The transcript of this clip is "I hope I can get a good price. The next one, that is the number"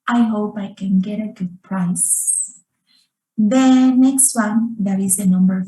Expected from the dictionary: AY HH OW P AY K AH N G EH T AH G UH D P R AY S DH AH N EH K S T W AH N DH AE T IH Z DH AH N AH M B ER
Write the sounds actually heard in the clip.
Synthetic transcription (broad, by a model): AY HH OW P AY K AH N G EH T AH G UH D P R AY S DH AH N EH K S T W AH N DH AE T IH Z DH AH N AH M B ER